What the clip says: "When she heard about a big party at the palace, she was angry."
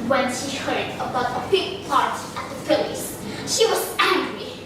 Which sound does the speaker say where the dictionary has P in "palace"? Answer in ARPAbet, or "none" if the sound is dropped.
F